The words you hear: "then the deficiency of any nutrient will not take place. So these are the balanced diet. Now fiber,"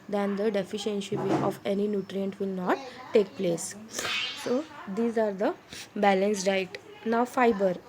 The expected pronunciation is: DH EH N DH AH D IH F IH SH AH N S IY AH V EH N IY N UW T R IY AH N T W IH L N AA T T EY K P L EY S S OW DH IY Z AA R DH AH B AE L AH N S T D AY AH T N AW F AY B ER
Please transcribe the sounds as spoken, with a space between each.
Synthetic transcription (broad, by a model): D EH N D AH D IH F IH SH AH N SH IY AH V EH N IY N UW T R IY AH N T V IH L N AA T T EY K P L EY S S OW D IY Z AA R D AH B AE L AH N S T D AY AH T N AW F AY B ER